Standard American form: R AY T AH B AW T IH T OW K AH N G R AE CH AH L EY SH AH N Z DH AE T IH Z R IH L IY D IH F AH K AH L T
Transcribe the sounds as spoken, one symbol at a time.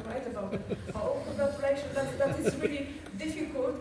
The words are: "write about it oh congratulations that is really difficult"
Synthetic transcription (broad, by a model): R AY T AH B AW T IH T OW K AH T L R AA AH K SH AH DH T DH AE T IH Z R IH L IY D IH F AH K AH L T